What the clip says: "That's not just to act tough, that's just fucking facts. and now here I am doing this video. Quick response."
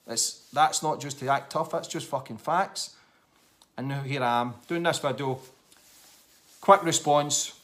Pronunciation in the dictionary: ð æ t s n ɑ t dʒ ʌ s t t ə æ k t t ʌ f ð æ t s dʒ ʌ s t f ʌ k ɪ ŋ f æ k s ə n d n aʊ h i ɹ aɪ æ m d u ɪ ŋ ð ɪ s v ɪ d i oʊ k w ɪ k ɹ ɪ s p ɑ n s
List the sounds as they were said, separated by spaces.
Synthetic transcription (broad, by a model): ð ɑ t s n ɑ t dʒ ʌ s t t ə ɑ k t t ʌ f ð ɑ t s dʒ ʌ s t f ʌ k ɪ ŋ f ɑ k s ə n n h i ɹ aɪ m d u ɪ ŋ ð ɪ s b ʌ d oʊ k w ɪ k ɹ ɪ s p ɑ n s